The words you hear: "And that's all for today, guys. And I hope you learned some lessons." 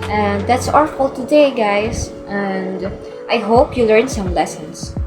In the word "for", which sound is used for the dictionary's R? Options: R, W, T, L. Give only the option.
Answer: L